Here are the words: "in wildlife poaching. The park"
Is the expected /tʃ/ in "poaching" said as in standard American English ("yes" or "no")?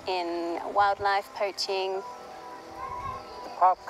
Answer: yes